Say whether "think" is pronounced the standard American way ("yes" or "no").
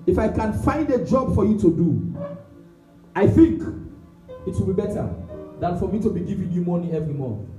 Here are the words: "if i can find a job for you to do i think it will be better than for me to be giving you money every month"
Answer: yes